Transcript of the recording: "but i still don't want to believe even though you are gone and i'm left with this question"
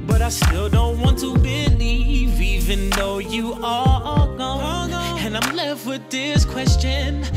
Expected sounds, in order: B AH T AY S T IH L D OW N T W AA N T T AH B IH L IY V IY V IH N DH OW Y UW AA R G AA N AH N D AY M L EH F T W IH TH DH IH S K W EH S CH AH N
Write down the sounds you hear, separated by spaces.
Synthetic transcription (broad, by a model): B AH T AY S T IH L D OW N T W AA N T T AH B IH L IY V IY V IH N DH OW Y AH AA L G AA AH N AY M L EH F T W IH DH IH S K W EH S CH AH N